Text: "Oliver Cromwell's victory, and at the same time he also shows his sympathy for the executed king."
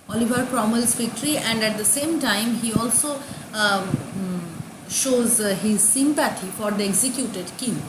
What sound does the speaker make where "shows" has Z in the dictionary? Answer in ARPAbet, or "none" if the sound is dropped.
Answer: Z